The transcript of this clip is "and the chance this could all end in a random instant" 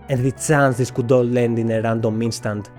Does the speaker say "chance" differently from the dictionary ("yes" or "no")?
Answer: yes